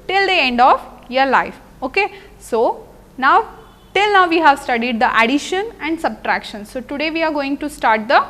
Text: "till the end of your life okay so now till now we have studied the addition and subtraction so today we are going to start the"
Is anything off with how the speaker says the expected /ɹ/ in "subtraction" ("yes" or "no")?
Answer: no